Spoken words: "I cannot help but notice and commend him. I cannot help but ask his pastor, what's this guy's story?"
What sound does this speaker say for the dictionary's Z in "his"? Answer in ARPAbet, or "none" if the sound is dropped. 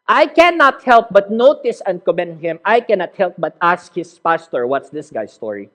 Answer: S